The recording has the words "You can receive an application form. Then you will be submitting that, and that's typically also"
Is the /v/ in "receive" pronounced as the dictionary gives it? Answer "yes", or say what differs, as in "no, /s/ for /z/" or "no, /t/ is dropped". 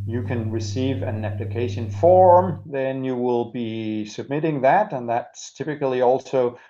yes